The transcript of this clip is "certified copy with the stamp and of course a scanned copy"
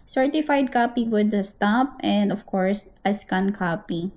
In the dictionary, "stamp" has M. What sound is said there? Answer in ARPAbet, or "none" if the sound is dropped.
none